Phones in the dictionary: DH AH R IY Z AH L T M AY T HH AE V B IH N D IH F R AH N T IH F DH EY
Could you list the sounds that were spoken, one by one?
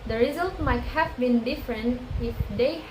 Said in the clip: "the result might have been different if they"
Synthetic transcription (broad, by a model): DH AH R IY Z AH L T M AY T HH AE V B IH N D IH F R AH N T IH F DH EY